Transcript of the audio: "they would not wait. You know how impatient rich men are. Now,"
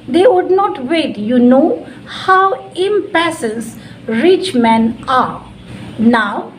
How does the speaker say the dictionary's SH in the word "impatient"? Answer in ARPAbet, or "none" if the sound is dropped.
S